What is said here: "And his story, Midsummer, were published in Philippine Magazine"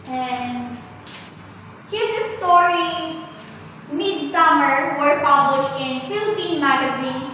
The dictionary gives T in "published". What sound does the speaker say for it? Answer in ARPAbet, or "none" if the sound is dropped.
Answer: T